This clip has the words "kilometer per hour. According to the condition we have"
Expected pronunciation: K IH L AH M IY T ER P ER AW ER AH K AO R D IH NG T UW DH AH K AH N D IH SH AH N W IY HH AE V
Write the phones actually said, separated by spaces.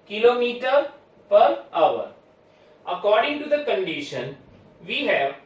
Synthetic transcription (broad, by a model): K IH L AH M IY T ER P ER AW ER AH K AO R D IH NG T UW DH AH K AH N D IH SH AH N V IY HH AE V